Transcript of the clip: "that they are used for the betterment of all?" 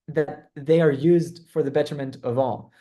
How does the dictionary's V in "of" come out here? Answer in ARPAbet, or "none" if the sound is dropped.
V